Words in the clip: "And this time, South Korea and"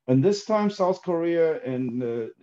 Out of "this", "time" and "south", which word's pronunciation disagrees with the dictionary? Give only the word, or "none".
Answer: none